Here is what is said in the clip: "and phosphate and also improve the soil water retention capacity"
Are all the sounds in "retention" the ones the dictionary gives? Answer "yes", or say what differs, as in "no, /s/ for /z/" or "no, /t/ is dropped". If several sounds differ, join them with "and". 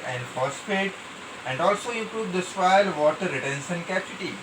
no, /s/ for /ʃ/